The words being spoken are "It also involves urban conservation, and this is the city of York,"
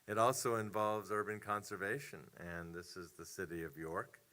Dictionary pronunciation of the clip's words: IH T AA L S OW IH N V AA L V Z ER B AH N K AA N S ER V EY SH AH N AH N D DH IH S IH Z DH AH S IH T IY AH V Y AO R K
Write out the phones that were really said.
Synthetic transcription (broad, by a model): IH T AA L S OW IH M V AA L V Z ER B AH N K AA N S ER V EY SH AH N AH N DH IH S IH Z DH AH S IH T IY AH V Y AO R K